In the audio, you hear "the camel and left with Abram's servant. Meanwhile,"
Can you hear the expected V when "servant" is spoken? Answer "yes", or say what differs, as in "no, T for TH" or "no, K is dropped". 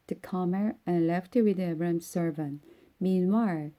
yes